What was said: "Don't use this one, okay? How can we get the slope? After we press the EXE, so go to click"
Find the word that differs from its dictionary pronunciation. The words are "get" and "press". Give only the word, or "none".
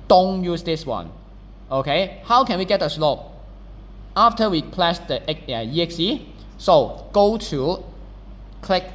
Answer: press